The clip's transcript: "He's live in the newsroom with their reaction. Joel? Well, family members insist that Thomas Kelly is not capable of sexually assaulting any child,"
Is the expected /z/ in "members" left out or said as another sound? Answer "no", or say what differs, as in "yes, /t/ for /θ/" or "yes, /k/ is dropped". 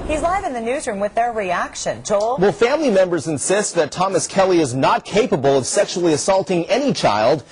no